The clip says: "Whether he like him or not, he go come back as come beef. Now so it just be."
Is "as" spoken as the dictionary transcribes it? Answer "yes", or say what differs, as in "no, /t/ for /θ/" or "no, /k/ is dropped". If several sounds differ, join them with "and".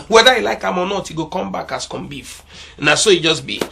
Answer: no, /s/ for /z/